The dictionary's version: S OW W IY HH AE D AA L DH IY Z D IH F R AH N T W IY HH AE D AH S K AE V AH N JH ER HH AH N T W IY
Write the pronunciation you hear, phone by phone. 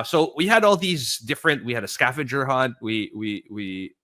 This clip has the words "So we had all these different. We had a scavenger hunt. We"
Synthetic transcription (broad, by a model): S OW W IY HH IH D AA L DH IY Z D IH F R AH N T W IY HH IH D AH S K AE F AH JH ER HH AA N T W IY